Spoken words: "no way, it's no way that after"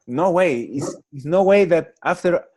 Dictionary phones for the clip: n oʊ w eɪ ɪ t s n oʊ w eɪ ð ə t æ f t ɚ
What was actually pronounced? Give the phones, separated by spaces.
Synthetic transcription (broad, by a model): n oʊ w eɪ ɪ s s n oʊ w eɪ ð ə t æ f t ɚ